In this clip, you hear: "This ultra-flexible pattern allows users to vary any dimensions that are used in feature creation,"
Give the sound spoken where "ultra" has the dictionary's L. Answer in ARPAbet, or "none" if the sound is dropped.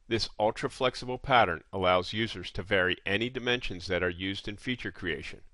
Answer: L